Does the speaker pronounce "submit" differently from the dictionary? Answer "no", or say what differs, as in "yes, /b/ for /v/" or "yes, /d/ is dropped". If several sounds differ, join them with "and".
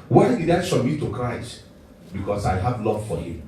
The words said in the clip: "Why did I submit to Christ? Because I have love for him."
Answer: yes, /ʃ/ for /s/ and /b/ is dropped